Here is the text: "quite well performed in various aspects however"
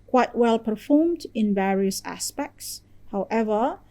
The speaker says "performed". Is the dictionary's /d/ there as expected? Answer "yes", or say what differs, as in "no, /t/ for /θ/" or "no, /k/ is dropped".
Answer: yes